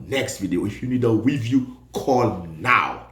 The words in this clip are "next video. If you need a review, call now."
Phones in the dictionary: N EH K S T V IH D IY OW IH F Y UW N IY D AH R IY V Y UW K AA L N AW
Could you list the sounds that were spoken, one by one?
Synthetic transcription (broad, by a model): N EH K S T V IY D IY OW IH F Y UW N IY D AH W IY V Y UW K AA L N AW